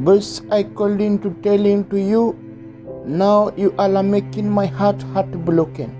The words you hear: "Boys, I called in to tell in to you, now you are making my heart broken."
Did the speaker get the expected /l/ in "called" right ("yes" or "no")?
yes